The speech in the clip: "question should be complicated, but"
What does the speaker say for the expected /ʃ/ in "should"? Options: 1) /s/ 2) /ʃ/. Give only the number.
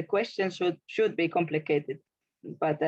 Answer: 2